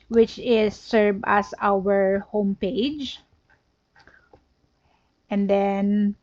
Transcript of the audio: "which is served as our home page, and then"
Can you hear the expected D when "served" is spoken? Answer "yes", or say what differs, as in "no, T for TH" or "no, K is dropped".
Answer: no, D is dropped